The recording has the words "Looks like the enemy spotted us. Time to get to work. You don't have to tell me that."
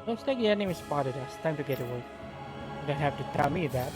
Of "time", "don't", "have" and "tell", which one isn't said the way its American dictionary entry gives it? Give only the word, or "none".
have